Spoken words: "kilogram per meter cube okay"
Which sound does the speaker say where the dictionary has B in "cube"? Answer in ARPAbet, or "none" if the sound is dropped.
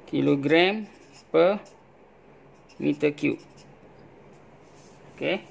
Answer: none